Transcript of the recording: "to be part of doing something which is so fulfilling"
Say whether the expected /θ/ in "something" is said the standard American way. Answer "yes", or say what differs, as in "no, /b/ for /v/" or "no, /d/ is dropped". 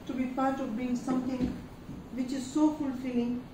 no, /t/ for /θ/